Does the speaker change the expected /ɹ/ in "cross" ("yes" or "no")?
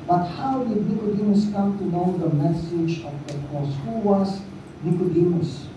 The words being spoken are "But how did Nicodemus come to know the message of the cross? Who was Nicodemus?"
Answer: yes